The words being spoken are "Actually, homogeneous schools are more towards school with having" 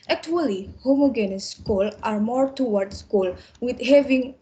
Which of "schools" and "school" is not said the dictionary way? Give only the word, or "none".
schools